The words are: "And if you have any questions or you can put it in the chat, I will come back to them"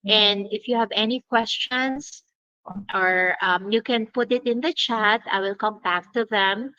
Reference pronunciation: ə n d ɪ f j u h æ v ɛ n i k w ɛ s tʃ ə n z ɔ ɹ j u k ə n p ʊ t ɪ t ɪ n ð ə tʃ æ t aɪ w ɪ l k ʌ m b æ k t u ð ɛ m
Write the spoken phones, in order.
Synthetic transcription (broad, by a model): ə n d ɪ f j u h æ v ɛ n i k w ɛ s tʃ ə n s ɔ ɹ j u k ə n p ʊ t ɪ t ɪ n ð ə tʃ æ t aɪ w ɪ l k ʌ m b æ k t u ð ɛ m